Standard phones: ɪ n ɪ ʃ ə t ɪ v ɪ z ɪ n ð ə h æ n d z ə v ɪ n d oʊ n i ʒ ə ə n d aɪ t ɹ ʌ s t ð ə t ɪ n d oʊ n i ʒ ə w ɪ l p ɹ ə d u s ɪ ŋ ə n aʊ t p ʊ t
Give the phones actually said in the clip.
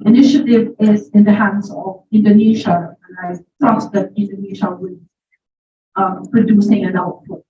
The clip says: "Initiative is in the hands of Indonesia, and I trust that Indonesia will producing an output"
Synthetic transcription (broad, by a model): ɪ n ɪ ʃ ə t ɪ v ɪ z ɪ n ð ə h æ n d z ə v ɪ n d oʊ n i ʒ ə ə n aɪ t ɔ t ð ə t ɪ n d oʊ n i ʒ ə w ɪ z p ɹ ə d u s ɪ ŋ ə n aʊ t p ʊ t